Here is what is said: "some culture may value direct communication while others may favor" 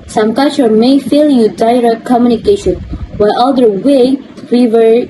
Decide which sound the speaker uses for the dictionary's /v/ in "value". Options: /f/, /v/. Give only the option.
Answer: /f/